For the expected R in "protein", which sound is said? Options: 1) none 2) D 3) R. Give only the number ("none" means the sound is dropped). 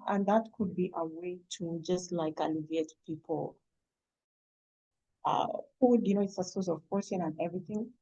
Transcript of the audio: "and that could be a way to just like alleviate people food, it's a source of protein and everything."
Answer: 1